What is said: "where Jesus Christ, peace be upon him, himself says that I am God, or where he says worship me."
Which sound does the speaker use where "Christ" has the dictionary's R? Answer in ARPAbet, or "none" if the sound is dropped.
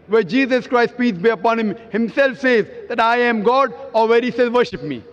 R